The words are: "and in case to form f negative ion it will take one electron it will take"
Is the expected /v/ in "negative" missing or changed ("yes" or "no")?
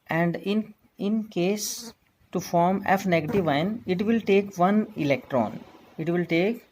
no